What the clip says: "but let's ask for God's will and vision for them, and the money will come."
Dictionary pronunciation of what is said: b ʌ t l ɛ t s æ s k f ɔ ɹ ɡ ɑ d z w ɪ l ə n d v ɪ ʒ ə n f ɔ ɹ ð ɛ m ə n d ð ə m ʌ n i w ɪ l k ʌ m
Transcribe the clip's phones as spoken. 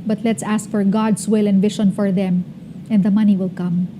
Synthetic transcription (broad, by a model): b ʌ t l ɛ t s æ s k f ɔ ɹ ɡ ɑ d s w ɪ l ə n d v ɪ ʃ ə n f ɔ ɹ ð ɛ m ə n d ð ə m ʌ n i w ɪ l k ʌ m